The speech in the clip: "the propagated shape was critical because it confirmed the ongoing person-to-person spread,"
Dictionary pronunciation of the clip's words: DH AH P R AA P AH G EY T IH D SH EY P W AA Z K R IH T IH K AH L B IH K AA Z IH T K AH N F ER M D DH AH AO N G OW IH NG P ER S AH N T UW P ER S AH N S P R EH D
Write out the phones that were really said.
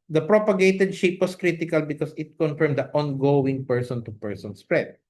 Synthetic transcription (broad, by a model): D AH P R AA P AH G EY T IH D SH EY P W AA S K R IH T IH K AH L B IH K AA S IH T K AH N F ER M D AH AO N G OW IH NG P ER S AH N T UW P ER S AH N S P R EH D